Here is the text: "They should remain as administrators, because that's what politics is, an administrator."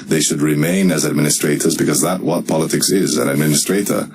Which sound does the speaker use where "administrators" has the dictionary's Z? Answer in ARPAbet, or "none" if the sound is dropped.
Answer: Z